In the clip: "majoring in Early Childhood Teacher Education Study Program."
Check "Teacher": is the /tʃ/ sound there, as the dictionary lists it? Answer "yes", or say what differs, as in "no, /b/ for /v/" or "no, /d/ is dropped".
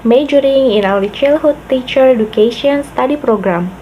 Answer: yes